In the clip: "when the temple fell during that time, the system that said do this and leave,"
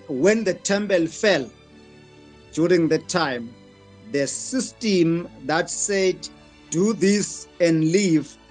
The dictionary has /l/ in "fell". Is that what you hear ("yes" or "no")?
yes